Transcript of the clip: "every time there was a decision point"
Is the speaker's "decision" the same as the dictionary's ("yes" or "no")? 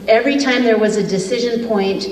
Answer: yes